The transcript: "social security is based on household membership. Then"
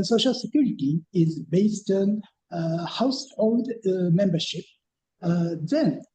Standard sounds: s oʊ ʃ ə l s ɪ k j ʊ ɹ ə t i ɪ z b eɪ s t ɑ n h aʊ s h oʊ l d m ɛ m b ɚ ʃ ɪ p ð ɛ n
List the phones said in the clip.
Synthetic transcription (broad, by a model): s oʊ ʃ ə l s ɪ k j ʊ ɹ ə t i ɪ z b eɪ s t ɑ n h aʊ s h oʊ l d m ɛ m b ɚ ʃ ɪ p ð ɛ n